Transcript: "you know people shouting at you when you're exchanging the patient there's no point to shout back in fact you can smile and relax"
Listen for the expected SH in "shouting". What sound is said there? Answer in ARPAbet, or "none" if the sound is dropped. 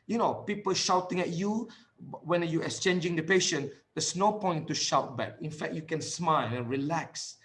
SH